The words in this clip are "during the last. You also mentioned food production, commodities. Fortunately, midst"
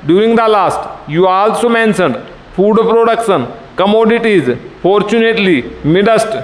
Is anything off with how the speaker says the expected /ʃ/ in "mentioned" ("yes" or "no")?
yes